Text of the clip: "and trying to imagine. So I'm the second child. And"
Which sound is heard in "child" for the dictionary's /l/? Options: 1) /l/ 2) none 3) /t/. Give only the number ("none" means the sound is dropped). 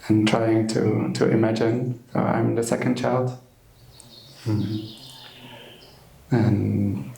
1